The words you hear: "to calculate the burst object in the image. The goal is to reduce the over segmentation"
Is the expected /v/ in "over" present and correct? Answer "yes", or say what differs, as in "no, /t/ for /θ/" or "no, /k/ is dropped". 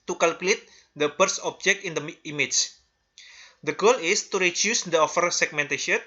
no, /f/ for /v/